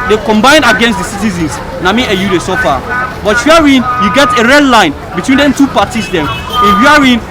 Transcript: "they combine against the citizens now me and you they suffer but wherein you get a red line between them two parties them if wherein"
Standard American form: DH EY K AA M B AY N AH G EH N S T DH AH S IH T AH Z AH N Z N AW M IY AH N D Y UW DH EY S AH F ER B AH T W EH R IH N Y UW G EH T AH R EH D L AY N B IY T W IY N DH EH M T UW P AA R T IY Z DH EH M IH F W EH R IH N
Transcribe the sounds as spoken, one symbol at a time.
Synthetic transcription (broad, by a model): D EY K AA M B AY N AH G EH N S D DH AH S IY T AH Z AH N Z N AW M IY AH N Y UW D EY S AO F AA B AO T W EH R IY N Y UW G EH T AH R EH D L AY N B IY T W IY N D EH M T UW P AA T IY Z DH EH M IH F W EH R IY N